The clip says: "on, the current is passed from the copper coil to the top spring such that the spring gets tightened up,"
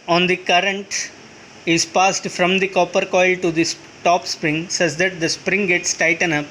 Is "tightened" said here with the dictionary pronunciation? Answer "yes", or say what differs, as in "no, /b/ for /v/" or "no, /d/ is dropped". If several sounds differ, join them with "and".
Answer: no, /d/ is dropped